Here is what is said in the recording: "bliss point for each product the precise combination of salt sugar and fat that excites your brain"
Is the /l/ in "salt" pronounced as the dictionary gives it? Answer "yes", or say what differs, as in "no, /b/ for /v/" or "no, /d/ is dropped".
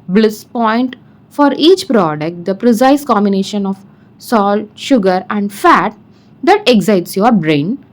yes